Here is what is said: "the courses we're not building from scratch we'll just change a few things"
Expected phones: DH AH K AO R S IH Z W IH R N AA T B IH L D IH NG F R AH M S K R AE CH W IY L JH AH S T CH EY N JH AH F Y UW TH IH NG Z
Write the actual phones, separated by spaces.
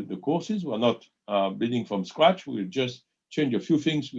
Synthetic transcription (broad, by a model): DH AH K AO R S IH Z W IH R N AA T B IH D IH NG F R AH M S K R AE CH W IY L JH AH S T CH EY N JH AH F Y UW TH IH NG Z